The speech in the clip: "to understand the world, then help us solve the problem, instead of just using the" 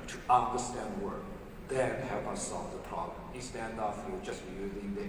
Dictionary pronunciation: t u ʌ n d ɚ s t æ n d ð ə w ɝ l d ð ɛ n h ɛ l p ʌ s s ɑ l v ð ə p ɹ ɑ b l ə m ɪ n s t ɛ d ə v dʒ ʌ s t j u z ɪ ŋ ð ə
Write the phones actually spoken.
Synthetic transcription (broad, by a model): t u ʌ n d ɚ s t æ n d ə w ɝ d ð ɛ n h ɛ l p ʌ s s ɑ l v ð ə p ɹ ɑ b l ə m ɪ s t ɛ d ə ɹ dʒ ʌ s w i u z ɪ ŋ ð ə